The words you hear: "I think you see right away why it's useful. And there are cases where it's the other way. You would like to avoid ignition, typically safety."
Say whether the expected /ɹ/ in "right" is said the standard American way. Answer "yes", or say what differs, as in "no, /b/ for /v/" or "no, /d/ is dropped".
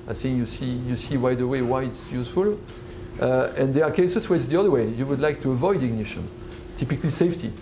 no, /w/ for /ɹ/